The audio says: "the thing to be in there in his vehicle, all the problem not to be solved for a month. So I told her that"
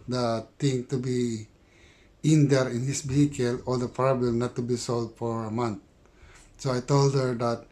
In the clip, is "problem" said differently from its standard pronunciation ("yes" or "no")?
yes